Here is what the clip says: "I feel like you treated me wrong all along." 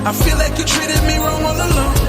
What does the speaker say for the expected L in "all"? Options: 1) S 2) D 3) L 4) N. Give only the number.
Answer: 4